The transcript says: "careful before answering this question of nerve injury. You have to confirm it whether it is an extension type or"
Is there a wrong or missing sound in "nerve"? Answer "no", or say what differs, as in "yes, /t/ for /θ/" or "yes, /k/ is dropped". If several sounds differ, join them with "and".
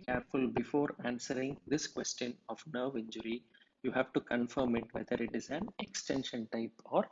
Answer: no